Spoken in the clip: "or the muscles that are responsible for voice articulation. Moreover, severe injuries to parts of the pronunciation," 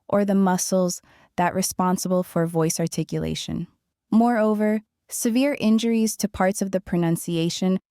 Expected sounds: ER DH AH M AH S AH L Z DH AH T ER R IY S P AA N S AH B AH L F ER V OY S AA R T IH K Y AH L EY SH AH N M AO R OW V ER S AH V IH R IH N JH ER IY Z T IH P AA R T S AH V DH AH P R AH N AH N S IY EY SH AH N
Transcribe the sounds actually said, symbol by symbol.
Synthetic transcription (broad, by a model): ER DH AH M AH S L Z DH AH T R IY S P AA N S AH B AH L F ER V OY S AA R T IH K Y AH L EY SH AH N M AO R OW V ER S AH V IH R IH N JH ER IY Z T IH P AA R T S AH V DH AH P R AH N AH N S IY EY SH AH N